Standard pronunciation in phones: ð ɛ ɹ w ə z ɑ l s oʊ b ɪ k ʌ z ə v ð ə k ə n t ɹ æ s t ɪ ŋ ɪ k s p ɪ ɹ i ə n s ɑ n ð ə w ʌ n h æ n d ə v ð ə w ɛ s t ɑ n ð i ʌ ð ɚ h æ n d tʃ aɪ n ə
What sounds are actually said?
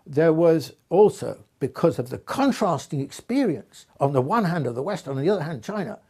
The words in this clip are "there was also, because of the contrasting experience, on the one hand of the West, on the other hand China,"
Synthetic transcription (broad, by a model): ð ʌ ɹ w ə z ɑ l s oʊ b ɪ k ʌ z ə v ð ə k ə n t ɹ æ s t ɪ ŋ ɪ k s p ɪ ɹ i ə n s n ð ə w ʌ n h æ n d ə v ð ə w ɛ s t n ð i ʌ ð ɚ h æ n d tʃ aɪ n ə